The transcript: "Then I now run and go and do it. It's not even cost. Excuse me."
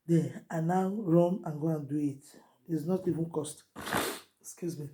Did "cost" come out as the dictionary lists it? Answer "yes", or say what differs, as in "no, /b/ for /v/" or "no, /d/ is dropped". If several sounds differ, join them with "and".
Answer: yes